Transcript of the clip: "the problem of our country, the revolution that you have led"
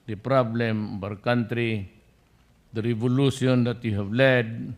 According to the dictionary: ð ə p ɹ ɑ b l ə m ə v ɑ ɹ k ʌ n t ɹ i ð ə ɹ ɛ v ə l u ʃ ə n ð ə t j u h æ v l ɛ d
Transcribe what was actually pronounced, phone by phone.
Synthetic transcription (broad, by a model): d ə p ɹ ɑ b l ə m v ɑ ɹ k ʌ n t ɹ i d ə ɹ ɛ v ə l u s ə n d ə t j u h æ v l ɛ d